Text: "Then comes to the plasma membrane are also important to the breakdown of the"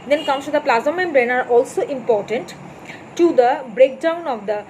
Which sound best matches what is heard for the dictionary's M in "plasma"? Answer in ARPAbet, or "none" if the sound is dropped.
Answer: none